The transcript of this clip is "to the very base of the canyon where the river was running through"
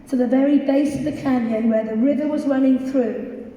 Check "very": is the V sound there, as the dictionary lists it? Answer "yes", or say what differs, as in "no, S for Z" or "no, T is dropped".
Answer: yes